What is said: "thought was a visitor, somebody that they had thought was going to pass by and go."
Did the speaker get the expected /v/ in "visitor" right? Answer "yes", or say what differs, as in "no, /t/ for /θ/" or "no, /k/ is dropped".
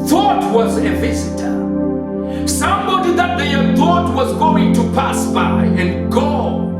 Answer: yes